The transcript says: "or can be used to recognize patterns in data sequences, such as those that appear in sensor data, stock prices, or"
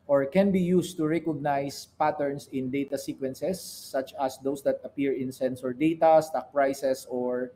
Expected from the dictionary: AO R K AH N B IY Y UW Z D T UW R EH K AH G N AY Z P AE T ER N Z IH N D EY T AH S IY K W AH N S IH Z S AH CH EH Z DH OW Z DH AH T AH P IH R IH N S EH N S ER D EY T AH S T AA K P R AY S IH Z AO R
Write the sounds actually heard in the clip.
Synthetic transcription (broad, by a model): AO R K AH N B IY Y UW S T UW R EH K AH G N AY S P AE T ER N S IH N D EY T AH S IY K W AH N S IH S AH CH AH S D OW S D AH T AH P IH R IH N S EH N S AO D EY T AH S T AA K P R AY S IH S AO R